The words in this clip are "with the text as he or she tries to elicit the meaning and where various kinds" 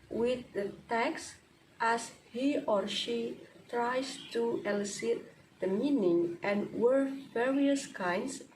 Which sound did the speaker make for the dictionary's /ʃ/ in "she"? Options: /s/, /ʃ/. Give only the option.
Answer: /ʃ/